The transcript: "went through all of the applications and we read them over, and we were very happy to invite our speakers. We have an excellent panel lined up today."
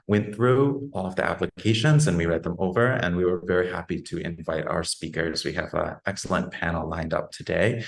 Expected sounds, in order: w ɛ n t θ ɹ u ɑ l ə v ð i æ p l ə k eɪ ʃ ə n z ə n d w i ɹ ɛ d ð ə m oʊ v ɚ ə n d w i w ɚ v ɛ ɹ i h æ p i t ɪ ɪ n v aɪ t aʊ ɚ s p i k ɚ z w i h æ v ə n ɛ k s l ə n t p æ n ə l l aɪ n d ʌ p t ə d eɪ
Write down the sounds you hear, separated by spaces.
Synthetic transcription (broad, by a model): w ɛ n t θ ɹ u ɑ l ə v ð i æ p l ə k eɪ ʃ ə n z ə n w i ɹ ɛ d ð ə m oʊ v ɚ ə n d w i w ɚ v ɛ ɹ i h æ p i t ɪ ɪ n v aɪ t aʊ ɚ s p i k ɚ z w i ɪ v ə ɛ k s l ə n p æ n l l aɪ n d ʌ p t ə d eɪ